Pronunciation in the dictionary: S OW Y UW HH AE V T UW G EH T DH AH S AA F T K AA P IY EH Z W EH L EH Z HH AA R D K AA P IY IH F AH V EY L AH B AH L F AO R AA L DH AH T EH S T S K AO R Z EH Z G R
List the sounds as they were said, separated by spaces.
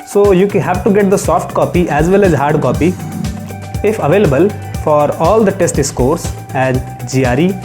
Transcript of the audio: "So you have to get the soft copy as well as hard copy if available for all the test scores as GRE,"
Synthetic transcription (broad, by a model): S OW Y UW HH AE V T UW G EH T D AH S AA F T K AA P IY EH Z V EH L EH Z HH AA R D K AA P IY IH F AH V EY L AH B AH L F AO R AA L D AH T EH S T S K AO R S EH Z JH R